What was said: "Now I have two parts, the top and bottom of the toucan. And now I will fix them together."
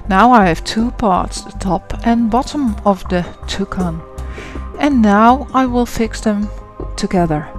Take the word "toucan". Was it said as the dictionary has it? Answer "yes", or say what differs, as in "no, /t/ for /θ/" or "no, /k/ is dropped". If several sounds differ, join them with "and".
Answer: yes